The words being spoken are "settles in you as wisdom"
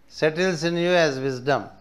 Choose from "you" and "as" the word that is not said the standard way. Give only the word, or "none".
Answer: none